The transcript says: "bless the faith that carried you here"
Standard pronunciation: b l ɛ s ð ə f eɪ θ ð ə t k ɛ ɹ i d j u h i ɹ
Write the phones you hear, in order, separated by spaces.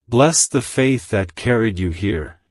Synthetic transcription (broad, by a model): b l ɛ s ð ə f eɪ θ ð ə t k ɛ ɹ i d j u h i ɹ